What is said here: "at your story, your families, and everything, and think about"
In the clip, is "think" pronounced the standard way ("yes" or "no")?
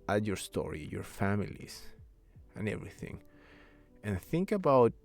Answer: yes